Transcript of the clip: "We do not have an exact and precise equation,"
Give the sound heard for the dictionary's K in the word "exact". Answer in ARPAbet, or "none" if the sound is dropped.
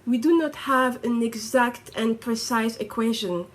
K